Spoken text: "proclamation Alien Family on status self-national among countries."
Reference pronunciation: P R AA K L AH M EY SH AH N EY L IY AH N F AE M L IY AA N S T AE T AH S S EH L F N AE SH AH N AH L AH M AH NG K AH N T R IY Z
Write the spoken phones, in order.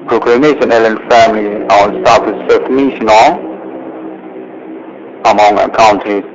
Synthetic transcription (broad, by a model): P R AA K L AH M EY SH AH N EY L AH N F AE M L IY AA N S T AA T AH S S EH F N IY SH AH N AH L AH M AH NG K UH N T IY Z